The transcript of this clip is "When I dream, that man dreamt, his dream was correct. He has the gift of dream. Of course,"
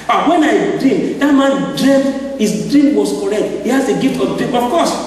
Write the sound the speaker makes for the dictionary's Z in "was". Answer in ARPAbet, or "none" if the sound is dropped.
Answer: S